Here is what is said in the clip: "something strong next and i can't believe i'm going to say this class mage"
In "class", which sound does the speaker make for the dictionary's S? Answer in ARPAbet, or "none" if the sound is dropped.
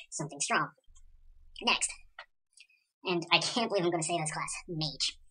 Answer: S